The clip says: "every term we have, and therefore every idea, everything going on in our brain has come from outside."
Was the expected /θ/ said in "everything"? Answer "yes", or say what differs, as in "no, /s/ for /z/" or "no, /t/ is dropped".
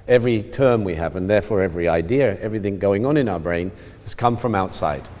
yes